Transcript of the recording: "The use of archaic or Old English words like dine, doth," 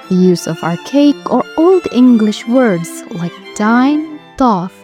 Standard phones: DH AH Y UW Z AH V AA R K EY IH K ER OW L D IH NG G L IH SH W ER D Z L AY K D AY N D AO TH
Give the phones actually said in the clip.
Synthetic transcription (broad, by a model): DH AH Y UW Z AH V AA R K EY IH K ER OW L D IH NG G L IH SH W ER D Z L AY K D AY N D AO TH